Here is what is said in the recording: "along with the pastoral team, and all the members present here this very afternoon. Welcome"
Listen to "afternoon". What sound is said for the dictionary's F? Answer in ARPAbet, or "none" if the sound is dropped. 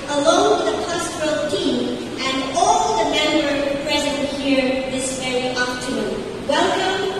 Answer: P